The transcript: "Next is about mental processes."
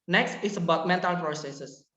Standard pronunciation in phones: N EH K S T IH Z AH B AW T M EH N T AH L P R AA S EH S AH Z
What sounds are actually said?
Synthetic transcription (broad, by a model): N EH K S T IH S AH B AW T M EH N T AH L P R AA S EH S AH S